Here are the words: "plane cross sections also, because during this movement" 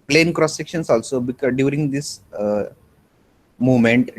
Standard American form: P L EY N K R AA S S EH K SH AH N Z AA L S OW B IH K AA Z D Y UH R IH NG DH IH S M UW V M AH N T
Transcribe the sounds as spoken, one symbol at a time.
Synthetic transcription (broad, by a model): P L EY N K R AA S S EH K SH AH N S AA L S OW B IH K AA D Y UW R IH NG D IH S M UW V M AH N T